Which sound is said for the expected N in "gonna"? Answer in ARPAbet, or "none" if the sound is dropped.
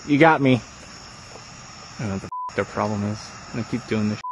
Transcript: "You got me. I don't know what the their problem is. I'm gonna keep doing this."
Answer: none